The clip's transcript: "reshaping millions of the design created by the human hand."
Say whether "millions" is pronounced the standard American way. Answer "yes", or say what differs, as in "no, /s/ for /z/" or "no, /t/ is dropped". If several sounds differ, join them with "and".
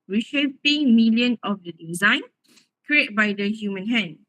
no, /z/ is dropped